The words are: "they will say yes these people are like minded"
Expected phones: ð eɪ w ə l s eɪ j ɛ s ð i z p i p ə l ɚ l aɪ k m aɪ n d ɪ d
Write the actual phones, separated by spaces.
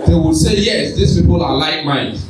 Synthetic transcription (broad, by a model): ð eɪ w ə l s eɪ j ɛ s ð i s p i p ə l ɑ l aɪ k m aɪ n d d